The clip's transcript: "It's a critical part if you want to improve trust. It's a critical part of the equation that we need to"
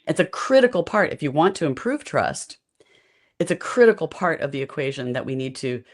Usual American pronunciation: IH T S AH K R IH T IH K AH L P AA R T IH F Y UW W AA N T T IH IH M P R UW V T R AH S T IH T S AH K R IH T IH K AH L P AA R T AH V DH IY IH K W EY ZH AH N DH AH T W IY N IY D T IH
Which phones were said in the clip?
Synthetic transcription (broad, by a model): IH T S AH K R IH T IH K L P AA R T IH F Y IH W AA N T T IH IH M P R UW V T R AH S T IH T S AH K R IH T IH K L P AA R T AH V DH IY IH K W EY ZH AH N DH AH T W IY N IY D T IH